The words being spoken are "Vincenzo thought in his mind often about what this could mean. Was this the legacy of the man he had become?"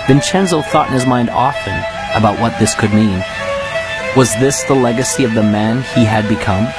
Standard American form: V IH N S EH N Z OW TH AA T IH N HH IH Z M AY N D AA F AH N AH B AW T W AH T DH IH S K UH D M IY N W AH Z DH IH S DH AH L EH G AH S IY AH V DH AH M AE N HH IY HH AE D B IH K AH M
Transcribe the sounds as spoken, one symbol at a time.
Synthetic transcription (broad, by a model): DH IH N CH EH N Z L TH AA T N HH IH Z M AY N D AA F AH N AH B AW T W AH T DH IH S K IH D M IY N W AH Z DH IH S DH AH L EH G AH S IY AH V DH AH M AE N IY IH D B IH K AH M